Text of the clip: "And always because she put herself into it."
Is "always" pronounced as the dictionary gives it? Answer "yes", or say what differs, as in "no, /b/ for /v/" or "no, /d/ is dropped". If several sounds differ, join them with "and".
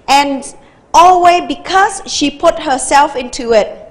no, /z/ is dropped